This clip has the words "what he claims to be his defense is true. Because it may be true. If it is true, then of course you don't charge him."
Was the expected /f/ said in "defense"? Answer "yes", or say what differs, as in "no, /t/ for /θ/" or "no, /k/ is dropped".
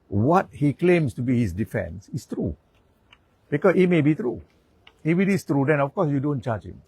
yes